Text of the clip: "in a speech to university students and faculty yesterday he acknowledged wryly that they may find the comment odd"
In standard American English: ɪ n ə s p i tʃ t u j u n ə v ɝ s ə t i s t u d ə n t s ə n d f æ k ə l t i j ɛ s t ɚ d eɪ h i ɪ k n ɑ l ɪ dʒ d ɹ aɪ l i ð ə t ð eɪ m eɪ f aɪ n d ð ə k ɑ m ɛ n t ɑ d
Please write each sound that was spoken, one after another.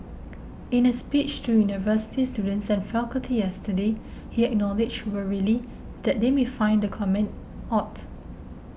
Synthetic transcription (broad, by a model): ɪ n ə s p i tʃ t u j u n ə v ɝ s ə t i s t u d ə n t s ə n f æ k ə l t i j ɛ s t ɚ d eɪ h i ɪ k n ɑ l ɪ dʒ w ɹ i l i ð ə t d eɪ m eɪ f aɪ n d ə k ɑ m ɛ n t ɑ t